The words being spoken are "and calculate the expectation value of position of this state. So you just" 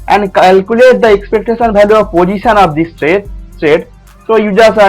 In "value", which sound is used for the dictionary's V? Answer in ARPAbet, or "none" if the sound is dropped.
B